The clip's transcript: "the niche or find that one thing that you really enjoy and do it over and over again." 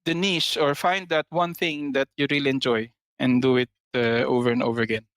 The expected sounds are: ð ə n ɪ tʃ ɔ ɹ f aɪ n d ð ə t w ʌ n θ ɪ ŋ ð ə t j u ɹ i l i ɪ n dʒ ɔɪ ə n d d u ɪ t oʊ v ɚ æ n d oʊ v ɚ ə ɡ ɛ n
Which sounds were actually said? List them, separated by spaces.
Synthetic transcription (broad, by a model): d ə n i s ɔ ɹ f aɪ n d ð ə t w ʌ n θ ɪ ŋ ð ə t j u ɹ i l i ɪ n dʒ ɔɪ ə n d d u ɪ t oʊ v ɚ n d oʊ v ɚ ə ɡ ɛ n